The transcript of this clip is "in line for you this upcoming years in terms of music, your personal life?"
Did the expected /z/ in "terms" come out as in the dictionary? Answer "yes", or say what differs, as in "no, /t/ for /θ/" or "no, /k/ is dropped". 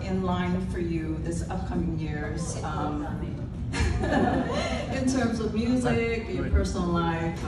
yes